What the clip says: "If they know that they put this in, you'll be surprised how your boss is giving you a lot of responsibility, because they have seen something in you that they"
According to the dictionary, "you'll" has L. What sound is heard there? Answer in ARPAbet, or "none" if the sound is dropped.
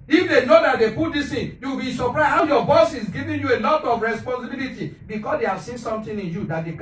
W